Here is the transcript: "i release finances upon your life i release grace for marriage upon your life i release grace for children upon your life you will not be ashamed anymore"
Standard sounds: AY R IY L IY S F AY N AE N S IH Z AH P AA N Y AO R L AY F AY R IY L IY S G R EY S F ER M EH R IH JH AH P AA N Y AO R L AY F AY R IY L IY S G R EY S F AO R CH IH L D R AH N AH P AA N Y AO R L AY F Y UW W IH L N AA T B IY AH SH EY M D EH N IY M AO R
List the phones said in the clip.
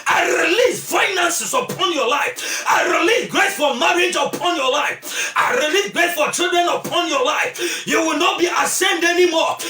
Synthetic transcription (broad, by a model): AY R IY L IY S F AY N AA N S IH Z AH P AA N Y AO L AY F AY R IY L IY S G R EY S F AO M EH R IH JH AH P AA N Y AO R L AY F AY R IY L IY S G R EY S F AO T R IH D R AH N AH P AA N Y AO L AY F Y UW W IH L N AA T B IY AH S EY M D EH N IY M AO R